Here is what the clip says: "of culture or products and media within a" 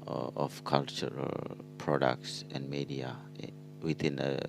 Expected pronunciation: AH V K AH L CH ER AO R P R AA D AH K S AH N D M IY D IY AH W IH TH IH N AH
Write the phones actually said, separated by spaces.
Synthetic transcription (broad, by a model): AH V K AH L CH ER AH L P R AA D AH K S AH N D M IY D IY AH W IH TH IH N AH